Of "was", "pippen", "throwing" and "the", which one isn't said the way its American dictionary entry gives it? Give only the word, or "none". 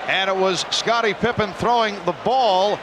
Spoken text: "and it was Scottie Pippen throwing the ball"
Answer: none